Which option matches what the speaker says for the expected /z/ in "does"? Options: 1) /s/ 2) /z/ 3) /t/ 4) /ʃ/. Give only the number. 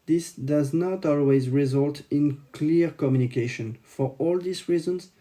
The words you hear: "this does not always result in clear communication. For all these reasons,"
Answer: 2